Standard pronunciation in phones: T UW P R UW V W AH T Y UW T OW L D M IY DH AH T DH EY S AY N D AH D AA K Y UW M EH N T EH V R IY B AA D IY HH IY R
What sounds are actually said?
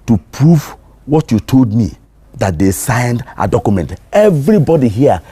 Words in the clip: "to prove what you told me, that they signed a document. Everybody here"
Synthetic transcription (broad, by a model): T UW P R UW V W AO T Y UW T OW L D M IY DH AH T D EY S AY N D AH D AA K Y UW M EH N T EH V R IY B AA D IY HH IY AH